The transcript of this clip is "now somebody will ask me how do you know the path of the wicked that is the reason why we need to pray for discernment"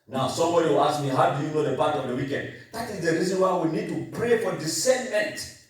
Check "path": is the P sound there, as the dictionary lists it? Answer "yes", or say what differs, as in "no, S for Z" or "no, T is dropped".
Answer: no, B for P